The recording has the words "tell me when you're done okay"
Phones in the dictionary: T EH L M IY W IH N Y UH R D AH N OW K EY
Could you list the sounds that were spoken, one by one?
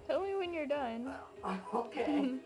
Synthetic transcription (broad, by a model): T EH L M IY W IH N Y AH R D AH N OW K EY